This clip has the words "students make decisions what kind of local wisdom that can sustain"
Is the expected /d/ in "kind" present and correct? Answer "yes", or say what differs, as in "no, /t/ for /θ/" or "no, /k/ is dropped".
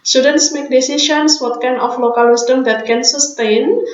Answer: no, /d/ is dropped